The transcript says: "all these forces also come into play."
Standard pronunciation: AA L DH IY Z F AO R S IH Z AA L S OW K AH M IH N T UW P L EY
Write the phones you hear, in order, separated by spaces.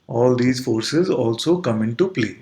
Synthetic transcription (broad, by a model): AA L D IY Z F AO R S IH Z AA L S OW K AH M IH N T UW P L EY